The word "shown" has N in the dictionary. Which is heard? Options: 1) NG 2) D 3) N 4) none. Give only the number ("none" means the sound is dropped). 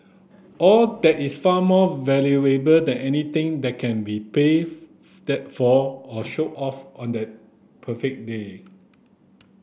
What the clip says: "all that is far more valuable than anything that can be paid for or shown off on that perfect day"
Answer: 4